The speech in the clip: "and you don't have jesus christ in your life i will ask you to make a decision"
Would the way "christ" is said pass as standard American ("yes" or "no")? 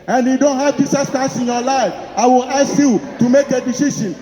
no